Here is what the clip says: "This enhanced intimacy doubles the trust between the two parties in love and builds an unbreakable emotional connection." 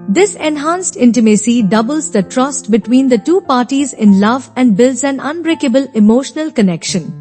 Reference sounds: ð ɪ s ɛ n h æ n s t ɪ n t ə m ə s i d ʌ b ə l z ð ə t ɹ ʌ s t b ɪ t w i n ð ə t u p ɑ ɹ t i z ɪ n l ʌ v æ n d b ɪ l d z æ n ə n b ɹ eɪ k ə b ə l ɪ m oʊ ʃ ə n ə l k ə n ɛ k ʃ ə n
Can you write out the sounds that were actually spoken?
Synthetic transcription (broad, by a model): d ɪ s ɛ n h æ n s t ɪ n t ə m ə s i d ʌ b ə l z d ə t ɹ ʌ s t b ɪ t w i n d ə t u p ɑ ɹ t i z ɪ n l ʌ v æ n d b ɪ l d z æ n ə n b ɹ eɪ k ə b ə l ɪ m oʊ ʃ ə n ə l k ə n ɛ k ʃ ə n